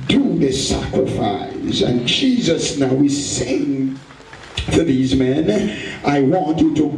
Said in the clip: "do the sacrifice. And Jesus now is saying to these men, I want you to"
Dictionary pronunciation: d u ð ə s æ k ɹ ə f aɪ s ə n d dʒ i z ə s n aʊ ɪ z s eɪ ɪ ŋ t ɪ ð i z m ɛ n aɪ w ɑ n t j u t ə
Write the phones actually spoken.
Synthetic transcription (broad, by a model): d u ð ə s æ k ɹ ə f aɪ s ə n dʒ i z ə s n aʊ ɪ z s eɪ ɪ ŋ t ɪ ð i z m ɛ n aɪ w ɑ n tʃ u t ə